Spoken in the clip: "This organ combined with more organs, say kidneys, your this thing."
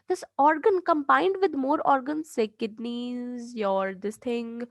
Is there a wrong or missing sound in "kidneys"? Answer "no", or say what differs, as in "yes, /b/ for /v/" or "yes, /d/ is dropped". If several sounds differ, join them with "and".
no